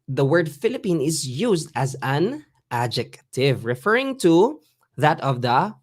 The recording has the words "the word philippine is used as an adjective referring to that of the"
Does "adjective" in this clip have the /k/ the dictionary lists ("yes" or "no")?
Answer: yes